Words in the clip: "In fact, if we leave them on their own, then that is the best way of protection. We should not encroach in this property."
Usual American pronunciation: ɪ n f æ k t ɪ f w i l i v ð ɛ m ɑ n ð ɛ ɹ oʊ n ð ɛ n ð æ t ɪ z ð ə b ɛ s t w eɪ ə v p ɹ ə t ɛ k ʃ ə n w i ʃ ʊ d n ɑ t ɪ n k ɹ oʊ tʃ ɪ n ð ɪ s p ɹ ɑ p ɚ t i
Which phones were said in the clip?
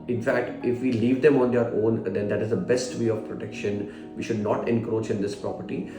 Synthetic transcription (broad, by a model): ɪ n f æ k t ɪ f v i l i v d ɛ m ɑ n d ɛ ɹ oʊ n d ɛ n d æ t ɪ z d ə b ɛ s t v eɪ ə v p ɹ ə t ɛ k ʃ ə n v i ʃ ʊ d n ɑ t ɪ n k ɹ oʊ tʃ ɪ n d ɪ s p ɹ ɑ p ɚ t i